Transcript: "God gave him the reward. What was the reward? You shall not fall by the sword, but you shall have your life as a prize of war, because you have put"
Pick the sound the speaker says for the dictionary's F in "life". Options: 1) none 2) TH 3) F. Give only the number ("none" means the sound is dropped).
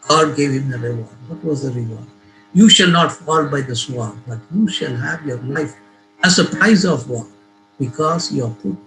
3